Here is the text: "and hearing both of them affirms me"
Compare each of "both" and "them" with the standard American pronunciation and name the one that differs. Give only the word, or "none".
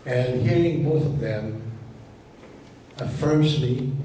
none